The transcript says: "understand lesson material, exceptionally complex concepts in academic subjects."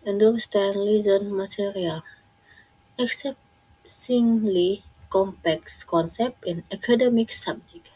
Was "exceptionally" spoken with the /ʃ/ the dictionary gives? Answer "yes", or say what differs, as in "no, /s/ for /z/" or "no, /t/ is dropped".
no, /s/ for /ʃ/